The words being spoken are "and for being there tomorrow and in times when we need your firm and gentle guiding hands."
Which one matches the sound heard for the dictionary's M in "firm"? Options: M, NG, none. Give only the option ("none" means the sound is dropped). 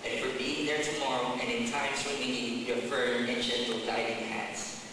none